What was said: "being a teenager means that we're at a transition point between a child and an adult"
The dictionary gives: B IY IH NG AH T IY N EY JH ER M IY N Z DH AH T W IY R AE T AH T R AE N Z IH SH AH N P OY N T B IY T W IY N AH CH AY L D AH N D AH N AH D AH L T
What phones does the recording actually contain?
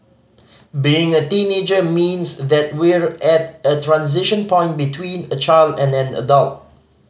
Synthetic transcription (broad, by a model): B IY IH NG AH T IY N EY JH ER M IY N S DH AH T W IY R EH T AH T R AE N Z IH SH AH N P OY N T B IY T W IY N AH CH AY L D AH N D AH N AH D AH L T